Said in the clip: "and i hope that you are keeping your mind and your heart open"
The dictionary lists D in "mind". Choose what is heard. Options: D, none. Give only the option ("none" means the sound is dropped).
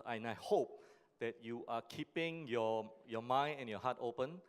none